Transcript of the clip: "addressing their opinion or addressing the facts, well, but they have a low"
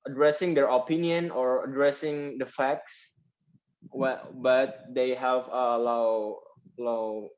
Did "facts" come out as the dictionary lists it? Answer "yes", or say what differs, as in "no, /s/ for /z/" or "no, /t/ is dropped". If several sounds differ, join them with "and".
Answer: yes